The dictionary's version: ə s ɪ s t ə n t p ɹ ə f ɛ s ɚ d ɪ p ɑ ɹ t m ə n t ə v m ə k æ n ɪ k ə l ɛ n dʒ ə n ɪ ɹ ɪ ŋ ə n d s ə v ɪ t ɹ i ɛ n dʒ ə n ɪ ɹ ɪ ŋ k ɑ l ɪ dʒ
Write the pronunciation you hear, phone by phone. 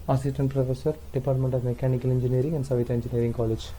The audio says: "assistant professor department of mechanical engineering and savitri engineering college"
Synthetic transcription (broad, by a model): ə s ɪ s t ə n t p ɹ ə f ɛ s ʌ d ɪ p ɑ ɹ t m ə n t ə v m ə k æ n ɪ k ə l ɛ n dʒ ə n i ɹ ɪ ŋ ə n d s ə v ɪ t i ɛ n dʒ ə n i ɹ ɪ ŋ k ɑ l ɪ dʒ